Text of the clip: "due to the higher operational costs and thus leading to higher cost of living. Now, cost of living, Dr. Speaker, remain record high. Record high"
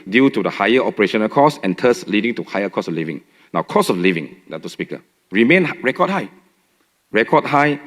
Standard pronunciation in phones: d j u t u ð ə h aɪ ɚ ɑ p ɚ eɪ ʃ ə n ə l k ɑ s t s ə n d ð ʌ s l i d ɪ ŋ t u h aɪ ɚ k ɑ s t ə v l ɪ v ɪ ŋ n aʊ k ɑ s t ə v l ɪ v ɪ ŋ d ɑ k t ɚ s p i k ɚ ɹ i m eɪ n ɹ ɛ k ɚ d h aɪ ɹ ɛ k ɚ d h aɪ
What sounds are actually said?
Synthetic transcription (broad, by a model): d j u t u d ə h aɪ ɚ ɑ p ɚ eɪ ʃ ə n ə l k ɑ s s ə n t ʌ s l i d ɪ ŋ t u h aɪ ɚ k ɑ s ə l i v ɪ ŋ n aʊ k ɑ s ə f l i v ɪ ŋ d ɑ t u s p i k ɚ ɹ i m eɪ n ɹ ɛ k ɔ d h aɪ ɹ ɛ k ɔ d h aɪ